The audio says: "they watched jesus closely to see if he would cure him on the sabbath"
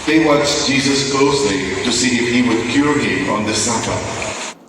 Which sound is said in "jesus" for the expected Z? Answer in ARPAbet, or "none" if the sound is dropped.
Z